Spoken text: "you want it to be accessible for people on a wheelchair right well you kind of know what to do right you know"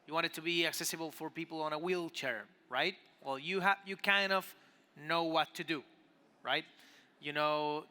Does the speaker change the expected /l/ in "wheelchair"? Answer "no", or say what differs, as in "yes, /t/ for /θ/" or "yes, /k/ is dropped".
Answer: no